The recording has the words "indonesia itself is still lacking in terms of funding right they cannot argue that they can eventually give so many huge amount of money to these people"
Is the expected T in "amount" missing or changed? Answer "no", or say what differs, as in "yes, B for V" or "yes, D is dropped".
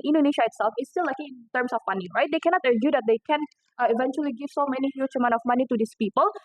yes, T is dropped